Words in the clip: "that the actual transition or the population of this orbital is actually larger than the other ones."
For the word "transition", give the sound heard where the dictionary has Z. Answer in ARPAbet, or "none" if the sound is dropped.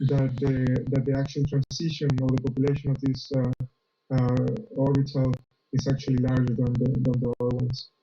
S